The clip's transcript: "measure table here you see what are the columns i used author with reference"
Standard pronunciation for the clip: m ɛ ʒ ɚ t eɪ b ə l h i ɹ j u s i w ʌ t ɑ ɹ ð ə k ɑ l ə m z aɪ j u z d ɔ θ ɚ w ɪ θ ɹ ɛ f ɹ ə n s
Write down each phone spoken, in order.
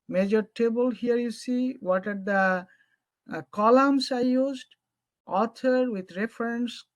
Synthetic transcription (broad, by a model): m ɛ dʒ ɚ t eɪ b ə l h i ɹ j u s i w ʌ t ɑ ɹ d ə k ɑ l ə m s aɪ j u z d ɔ t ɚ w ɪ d ɹ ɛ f ɹ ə n s